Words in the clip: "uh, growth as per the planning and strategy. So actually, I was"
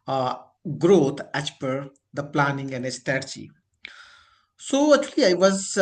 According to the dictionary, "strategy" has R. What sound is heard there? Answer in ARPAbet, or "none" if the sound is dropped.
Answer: none